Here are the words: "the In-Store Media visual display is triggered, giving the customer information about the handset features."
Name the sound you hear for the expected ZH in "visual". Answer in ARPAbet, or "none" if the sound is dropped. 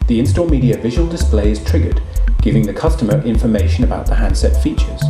ZH